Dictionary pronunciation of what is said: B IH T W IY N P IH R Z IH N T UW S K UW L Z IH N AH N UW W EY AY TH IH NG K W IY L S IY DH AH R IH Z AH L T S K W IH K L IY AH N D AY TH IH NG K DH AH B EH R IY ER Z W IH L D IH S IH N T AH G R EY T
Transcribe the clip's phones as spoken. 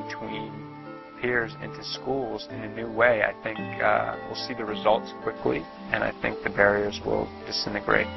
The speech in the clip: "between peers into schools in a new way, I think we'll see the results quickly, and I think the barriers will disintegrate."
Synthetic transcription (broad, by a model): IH T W IY N P IH R Z IH N T UW S K UW L Z IH N AH N UW W EY AY TH IH NG K W IY L S IY DH AH R IH Z AH L T S K W IH K L IY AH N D AY TH IH NG K DH AH B EH R IY ER Z W IH L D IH S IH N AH G R EY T